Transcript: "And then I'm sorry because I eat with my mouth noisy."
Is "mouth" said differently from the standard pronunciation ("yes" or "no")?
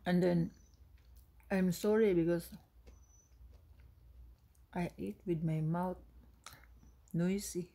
yes